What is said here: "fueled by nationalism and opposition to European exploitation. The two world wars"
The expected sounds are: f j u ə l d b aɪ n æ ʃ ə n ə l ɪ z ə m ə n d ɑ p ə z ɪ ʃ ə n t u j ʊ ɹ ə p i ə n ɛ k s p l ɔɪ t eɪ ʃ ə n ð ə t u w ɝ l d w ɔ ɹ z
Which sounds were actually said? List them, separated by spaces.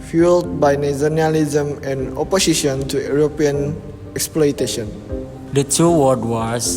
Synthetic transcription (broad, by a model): f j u l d b aɪ n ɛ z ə n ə l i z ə m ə n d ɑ p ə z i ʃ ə n t u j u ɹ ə p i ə n ɛ k s p l ɔɪ t eɪ ʃ ə n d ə t u w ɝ d w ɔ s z